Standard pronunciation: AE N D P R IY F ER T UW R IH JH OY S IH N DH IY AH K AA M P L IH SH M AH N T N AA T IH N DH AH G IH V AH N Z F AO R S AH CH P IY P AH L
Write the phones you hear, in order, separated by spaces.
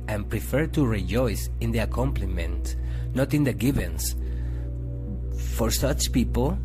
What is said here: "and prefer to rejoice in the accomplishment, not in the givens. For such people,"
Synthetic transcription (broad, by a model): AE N P R IY F ER T UW R IH JH OY S IH N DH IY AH K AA M P L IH M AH N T N AA T IH N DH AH G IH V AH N S F AO R S AH CH P IY P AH L